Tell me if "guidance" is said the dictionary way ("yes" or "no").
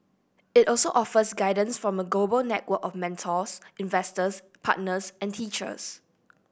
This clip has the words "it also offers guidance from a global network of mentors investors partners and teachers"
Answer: yes